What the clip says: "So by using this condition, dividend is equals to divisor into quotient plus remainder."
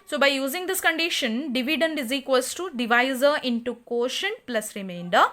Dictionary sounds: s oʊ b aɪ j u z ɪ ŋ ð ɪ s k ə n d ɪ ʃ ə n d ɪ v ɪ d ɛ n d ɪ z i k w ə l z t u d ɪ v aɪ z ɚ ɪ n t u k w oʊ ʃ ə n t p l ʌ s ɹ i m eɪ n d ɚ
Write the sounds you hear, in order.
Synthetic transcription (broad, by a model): s oʊ b aɪ j u z ɪ ŋ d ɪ s k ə n d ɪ ʃ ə n d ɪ v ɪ d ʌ n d ɪ z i k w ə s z t u d ɪ v aɪ z ɚ ɪ n t u k oʊ ʃ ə n p l ʌ s ɹ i m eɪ n d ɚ